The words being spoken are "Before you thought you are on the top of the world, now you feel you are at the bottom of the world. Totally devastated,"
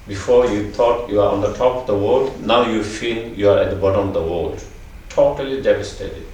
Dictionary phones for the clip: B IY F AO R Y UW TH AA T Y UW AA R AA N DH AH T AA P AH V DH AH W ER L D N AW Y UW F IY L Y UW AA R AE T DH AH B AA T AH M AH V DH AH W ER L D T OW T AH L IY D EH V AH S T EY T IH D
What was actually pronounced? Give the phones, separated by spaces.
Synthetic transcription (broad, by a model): B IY F AO R Y UW T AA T Y UW AA R AA N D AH T AA P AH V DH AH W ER L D N AW Y UW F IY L Y UW AA R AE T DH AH B AA T AH M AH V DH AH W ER L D T OW T AH L IY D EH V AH S T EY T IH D